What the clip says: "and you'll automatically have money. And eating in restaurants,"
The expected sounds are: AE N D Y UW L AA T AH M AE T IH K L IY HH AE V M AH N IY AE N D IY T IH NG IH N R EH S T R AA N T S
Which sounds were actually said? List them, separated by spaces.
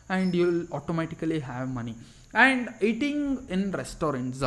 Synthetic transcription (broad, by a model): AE N D Y UW L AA T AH M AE T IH K L IY HH AE V M AH N IY AE N D IY T IH NG IH N R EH S T R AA N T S